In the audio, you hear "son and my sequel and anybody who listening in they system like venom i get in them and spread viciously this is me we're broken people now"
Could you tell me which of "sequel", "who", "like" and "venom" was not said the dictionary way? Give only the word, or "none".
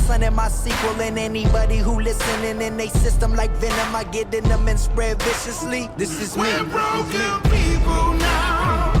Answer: none